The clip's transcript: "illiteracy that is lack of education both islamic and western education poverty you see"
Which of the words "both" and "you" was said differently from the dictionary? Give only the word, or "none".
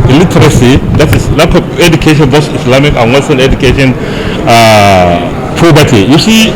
both